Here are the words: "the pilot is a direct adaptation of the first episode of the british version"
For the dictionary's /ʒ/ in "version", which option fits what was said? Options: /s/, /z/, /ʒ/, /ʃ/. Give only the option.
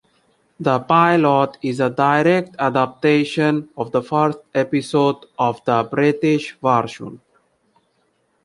/ʃ/